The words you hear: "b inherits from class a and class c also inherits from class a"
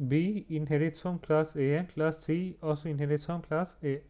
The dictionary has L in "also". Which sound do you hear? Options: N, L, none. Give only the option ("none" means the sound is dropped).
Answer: none